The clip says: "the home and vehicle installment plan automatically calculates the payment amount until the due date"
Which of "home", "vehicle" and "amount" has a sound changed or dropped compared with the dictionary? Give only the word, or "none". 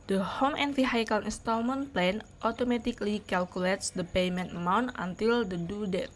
vehicle